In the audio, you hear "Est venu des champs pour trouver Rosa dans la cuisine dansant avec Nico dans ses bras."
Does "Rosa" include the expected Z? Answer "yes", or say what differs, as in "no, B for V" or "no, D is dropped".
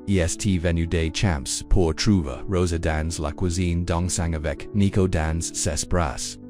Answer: yes